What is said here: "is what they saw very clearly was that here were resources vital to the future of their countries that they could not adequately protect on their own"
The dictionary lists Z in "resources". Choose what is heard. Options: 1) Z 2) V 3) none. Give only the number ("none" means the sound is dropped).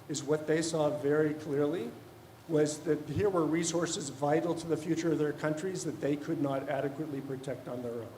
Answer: 1